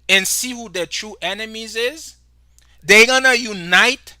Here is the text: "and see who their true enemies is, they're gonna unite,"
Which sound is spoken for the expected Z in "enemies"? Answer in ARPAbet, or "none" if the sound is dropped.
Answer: Z